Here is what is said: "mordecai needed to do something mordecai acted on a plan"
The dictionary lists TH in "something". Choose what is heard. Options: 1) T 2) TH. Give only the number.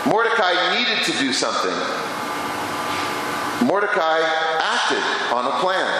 2